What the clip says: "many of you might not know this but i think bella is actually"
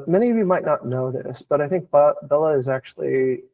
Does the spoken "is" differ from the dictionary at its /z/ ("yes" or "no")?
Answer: no